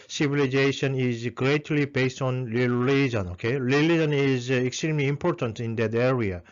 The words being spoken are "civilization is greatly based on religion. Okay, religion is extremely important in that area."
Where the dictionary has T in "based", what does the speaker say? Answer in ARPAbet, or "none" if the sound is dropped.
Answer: T